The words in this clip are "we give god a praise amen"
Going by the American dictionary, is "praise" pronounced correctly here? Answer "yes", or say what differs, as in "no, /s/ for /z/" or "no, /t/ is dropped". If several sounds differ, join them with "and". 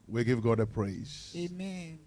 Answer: yes